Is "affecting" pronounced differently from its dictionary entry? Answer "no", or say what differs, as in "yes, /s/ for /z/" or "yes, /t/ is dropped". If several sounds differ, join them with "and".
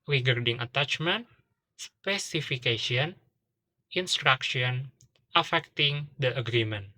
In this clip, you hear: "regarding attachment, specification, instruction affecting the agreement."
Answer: no